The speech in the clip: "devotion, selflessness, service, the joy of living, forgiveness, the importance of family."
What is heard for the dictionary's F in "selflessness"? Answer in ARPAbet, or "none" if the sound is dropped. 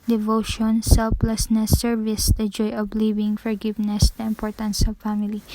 P